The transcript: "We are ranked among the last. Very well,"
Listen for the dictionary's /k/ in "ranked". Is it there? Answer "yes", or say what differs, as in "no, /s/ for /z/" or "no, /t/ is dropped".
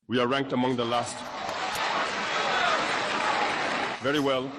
yes